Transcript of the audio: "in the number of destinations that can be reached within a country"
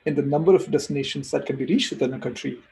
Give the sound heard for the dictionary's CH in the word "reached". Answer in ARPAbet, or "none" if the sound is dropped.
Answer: CH